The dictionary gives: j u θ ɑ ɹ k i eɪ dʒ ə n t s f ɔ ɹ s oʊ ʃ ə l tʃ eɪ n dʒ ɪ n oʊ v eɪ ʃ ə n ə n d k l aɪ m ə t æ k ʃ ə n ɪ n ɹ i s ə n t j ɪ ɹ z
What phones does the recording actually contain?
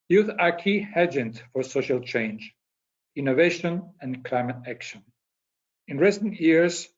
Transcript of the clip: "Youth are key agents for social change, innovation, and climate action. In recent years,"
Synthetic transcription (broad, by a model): j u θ ɑ ɹ k i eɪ dʒ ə n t f ɔ ɹ s oʊ ʃ ə l tʃ eɪ n dʒ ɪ n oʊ v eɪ ʃ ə n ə n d k l aɪ m ə t æ k ʃ ə n ɪ n ɹ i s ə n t j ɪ ɹ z